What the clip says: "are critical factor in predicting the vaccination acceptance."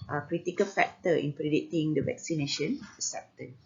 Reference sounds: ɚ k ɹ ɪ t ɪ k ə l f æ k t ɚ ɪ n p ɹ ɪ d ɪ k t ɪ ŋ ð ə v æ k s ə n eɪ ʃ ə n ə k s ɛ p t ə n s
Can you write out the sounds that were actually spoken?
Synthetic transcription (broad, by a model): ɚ k ɹ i t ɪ k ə l f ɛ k t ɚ ɪ n p ɹ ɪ d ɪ t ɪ ŋ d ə v æ k s ə n eɪ ʃ ə n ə s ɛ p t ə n